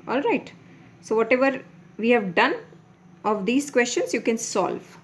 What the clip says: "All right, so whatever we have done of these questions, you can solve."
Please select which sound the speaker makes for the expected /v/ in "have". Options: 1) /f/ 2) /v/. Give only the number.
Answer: 2